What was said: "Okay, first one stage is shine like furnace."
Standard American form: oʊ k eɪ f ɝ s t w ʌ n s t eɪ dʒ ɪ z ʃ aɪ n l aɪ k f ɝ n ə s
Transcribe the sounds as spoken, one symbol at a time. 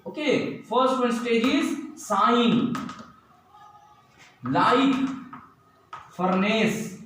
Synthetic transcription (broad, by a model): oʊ k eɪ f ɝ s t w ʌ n s t eɪ dʒ ɪ z s aɪ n l aɪ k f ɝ n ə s